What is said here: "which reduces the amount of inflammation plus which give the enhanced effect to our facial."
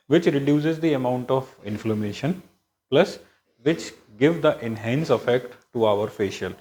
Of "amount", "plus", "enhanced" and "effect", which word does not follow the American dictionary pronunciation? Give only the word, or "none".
enhanced